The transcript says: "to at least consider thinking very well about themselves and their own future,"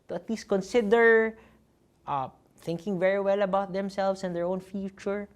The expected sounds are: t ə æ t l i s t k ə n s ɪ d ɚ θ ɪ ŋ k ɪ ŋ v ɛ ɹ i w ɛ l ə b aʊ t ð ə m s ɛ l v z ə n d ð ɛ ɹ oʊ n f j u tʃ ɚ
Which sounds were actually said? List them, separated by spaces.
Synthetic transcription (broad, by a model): t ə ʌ t l i s t k ə n s ɪ d ɚ θ ɪ ŋ k ɪ ŋ v ɛ ɹ i w ɛ l ə b aʊ t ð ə m s ɛ l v s ə n d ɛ ɹ oʊ n f j u tʃ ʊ